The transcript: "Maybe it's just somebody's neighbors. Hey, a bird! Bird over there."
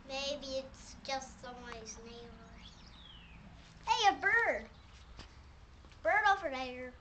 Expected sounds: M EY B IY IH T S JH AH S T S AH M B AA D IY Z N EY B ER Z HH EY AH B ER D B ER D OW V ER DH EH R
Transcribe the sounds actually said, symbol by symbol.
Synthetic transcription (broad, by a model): M EY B IY IH T S JH AH S T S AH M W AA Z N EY IH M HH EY AH B ER D B ER D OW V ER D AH R